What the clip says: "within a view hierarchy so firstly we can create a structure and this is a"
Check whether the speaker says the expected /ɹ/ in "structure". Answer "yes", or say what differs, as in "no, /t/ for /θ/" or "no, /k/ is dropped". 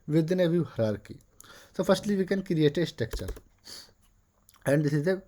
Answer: no, /ɹ/ is dropped